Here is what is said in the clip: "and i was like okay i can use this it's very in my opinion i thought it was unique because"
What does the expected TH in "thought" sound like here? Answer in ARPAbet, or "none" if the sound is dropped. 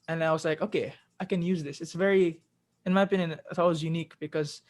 T